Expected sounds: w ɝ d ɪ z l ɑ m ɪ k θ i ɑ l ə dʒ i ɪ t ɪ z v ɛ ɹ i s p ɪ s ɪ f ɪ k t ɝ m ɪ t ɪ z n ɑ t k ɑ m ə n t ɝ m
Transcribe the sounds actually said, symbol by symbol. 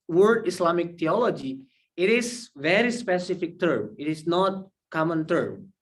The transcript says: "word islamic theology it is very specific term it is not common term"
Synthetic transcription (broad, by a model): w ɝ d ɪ s l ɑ m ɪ k t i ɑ l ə dʒ i ɪ t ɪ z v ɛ ɹ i s p ɪ s ɪ f ɪ k t ɝ m ɪ t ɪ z n ɑ t k ɑ m ə n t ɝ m